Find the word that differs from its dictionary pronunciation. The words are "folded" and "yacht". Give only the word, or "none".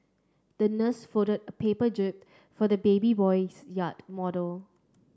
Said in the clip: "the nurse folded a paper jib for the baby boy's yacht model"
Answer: folded